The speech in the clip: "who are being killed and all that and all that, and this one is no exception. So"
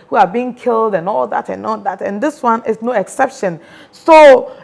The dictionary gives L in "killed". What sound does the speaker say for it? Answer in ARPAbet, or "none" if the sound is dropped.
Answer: L